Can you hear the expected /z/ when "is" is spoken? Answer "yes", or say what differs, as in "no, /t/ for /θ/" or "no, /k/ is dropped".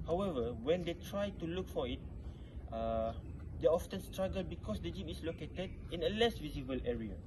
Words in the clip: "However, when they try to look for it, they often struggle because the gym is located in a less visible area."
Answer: no, /s/ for /z/